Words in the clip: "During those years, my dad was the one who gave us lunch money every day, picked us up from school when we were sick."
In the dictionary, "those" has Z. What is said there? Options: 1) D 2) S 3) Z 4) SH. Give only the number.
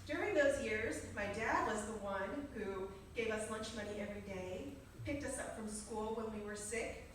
3